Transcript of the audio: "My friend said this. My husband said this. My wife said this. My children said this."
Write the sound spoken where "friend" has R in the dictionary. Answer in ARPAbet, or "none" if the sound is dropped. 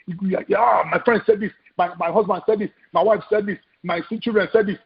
R